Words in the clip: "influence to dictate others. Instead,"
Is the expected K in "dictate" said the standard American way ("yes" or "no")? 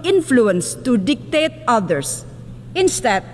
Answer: yes